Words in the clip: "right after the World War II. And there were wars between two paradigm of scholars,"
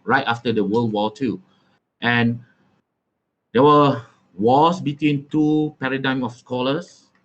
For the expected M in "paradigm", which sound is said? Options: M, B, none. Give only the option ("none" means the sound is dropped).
M